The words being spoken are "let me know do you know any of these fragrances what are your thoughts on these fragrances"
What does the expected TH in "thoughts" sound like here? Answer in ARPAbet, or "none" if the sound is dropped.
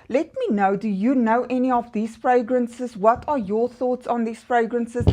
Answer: TH